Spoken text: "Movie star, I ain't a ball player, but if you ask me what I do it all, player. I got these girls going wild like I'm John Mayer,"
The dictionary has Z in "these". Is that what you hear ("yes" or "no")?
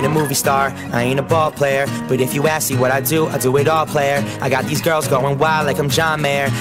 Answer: yes